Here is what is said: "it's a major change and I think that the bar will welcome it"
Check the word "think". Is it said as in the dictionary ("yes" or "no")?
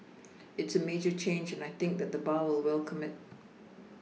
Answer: yes